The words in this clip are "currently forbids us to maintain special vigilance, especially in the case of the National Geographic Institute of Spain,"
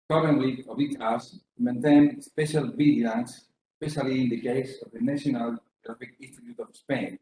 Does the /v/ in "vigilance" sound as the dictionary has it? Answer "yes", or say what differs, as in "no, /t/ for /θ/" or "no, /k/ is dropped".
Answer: no, /b/ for /v/